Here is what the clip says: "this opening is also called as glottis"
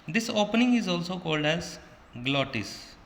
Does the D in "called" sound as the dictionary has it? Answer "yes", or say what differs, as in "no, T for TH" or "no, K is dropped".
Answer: yes